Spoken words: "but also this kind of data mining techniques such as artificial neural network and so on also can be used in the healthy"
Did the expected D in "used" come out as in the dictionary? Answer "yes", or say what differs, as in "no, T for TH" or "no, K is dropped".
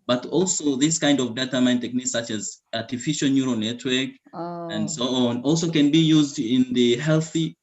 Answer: yes